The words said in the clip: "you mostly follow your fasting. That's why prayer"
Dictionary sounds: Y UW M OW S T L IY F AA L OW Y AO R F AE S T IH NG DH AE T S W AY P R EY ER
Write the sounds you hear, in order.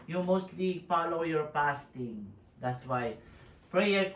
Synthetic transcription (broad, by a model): Y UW M OW S T L IY F AA L OW Y AO R P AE S T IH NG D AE T S W AY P R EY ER